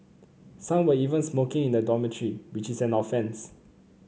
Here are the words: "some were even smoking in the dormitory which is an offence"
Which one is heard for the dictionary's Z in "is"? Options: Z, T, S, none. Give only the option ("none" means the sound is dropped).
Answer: S